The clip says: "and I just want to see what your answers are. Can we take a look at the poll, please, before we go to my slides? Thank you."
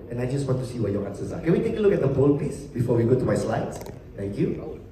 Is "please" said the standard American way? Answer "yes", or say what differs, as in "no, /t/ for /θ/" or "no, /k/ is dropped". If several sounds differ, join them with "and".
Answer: no, /l/ is dropped and /s/ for /z/